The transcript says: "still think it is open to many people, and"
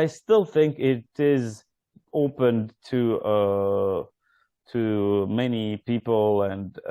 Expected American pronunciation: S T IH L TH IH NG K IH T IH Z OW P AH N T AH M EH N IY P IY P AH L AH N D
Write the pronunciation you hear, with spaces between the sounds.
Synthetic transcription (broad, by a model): S T IH L TH IH NG K IH T IH Z OW P AH N T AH M EH N IY P IY P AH L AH N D